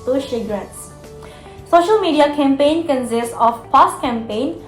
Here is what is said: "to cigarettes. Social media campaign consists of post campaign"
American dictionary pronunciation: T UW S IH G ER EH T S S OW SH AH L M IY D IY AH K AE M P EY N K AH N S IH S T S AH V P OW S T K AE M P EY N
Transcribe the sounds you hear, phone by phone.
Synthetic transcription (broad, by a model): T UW SH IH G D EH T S S OW SH AH L M IY D IY AH K AE M P EY N K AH N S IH S T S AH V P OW S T K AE M P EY N